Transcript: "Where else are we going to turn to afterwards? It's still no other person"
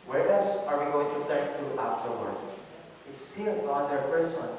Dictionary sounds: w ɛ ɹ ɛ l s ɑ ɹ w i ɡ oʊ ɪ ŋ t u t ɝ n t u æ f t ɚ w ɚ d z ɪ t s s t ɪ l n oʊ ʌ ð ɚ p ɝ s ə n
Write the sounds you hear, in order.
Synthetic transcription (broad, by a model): w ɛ ɹ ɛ s ɑ ɹ w i ɡ oʊ ɪ ŋ t u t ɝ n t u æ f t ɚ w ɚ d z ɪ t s s t ɪ l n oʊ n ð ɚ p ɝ s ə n